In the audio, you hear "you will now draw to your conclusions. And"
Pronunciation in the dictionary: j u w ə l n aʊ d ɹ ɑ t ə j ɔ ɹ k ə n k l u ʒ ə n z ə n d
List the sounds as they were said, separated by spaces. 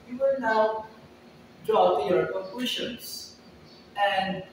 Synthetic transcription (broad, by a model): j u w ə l n aʊ d ɹ ɑ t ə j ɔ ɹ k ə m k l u ʃ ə n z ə n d